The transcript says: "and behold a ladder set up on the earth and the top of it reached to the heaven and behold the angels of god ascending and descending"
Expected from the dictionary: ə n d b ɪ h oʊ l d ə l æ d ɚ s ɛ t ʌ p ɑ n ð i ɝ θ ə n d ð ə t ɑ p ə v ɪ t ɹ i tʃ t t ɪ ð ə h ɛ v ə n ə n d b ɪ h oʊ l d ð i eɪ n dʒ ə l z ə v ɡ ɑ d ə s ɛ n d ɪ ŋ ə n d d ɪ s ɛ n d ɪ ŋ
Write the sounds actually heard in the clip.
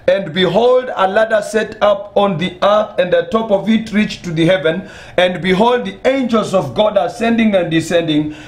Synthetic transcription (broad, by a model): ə n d b ɪ h oʊ l d ə l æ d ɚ s ɛ t ʌ p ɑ n ð i ɝ θ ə n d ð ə t ɑ p ə v ɪ t ɹ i tʃ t t ɪ ð ə h ɛ v ə n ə n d b ɪ h oʊ l d ð i eɪ n dʒ ə l z ə v ɡ ɑ d ə s ɛ n d ɪ ŋ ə n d d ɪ s ɛ n d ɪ ŋ